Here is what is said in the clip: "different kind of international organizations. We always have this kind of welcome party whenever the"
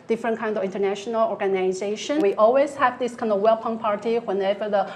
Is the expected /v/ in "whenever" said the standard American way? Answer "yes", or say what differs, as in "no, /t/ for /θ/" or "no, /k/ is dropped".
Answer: yes